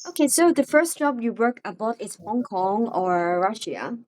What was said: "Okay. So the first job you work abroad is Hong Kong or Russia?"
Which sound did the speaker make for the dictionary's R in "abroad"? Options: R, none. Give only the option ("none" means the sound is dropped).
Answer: none